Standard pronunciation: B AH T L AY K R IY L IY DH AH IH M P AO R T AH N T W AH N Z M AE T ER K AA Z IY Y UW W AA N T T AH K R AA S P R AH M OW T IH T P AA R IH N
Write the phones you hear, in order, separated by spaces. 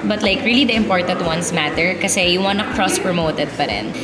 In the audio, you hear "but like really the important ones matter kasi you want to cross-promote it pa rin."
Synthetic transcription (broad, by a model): B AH T L AY K R IY L IY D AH IH M P AO R T AH N T W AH N S M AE T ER K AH S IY Y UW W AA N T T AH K R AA S P R AH M OW T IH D P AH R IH N